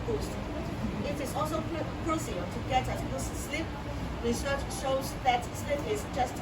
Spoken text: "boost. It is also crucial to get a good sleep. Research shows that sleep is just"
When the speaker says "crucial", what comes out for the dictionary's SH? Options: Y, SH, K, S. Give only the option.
S